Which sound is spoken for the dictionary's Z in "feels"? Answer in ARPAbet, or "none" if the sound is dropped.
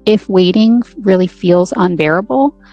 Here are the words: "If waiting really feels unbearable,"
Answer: Z